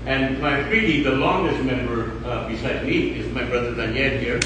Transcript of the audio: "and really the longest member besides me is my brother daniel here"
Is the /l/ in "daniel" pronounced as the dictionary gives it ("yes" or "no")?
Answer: no